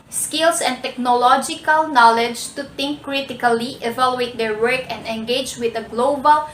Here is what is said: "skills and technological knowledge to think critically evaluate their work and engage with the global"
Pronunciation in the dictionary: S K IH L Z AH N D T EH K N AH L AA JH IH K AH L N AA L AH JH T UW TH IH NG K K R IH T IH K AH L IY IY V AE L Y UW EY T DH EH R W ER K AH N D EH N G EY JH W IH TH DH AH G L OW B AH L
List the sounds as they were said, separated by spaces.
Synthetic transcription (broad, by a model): S K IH L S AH N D T EH K N AH L AA JH IH K AH L N AA L AH JH T UW T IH NG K K R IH T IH K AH L IY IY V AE L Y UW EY T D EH R W ER K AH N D EH N G EY JH W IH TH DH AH G L OW B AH L